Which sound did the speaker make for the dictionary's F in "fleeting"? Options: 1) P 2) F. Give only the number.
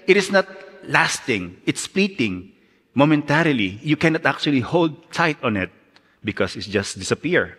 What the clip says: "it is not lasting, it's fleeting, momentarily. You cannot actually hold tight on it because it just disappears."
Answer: 1